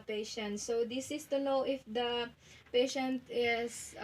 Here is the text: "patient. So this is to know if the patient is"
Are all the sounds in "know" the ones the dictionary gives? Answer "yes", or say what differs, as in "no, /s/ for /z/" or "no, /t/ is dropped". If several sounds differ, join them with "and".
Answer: no, /l/ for /n/